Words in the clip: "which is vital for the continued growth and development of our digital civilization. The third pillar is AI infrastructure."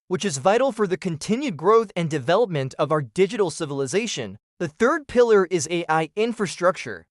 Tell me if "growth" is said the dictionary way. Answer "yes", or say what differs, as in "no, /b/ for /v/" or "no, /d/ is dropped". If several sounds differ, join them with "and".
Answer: yes